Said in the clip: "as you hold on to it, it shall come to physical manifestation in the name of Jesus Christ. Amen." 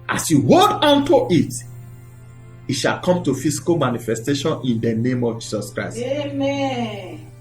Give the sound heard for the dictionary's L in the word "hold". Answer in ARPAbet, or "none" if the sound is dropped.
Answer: none